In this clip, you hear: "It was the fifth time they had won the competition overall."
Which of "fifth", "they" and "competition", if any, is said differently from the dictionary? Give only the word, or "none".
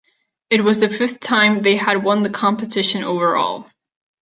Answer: none